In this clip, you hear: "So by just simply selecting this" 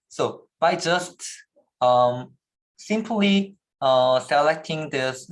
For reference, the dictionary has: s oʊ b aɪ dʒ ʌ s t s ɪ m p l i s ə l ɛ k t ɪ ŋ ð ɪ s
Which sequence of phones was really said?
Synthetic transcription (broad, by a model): s oʊ b aɪ dʒ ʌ s t s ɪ m p l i s ə l ɛ k t ɪ ŋ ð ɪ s